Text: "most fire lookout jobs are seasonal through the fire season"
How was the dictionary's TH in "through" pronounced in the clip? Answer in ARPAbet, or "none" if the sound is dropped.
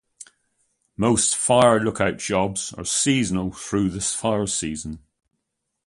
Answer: TH